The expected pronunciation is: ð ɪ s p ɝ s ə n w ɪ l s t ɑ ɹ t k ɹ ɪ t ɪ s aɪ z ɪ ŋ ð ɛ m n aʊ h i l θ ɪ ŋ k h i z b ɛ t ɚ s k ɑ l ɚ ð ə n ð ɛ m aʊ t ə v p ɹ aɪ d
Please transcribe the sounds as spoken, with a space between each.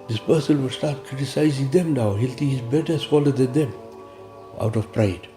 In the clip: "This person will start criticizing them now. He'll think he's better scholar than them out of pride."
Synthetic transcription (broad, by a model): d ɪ s p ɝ s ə n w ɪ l s t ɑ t k ɹ ɪ t ɪ s aɪ z ɪ ŋ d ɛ m n aʊ h i l t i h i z b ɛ t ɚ s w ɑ l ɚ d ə n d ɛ m aʊ t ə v p ɹ aɪ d